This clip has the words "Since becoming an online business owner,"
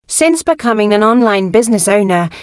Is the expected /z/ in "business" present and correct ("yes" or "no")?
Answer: yes